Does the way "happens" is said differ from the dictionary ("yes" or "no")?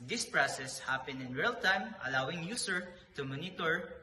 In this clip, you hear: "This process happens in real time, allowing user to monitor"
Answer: yes